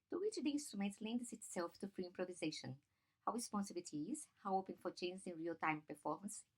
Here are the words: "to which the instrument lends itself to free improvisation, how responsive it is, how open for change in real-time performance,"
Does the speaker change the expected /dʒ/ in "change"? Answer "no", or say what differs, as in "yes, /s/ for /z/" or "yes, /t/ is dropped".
yes, /z/ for /dʒ/